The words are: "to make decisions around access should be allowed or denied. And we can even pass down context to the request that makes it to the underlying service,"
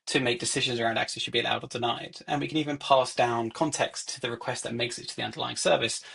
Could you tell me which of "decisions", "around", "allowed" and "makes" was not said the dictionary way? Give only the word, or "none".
none